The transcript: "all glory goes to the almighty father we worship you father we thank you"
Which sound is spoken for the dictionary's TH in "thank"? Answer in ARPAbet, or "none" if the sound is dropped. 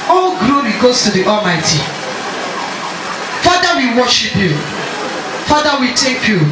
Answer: T